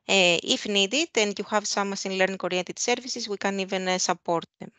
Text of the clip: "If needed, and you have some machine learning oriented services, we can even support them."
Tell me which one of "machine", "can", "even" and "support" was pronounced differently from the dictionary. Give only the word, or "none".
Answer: machine